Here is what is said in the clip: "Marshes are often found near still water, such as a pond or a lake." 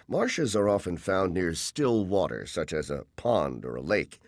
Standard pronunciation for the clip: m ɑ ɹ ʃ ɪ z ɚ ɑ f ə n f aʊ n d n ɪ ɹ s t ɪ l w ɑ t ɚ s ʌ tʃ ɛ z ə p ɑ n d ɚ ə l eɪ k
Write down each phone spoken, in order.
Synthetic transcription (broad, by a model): m ɑ ɹ ʃ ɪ z ɚ ɑ f ə n f aʊ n n ɪ ɹ s t ɪ l w ɑ t ɚ s ʌ tʃ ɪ z ə p ɑ n d ɚ ə l eɪ k